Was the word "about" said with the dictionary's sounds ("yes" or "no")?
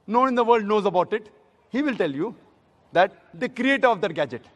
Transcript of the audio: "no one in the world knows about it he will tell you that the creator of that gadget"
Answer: yes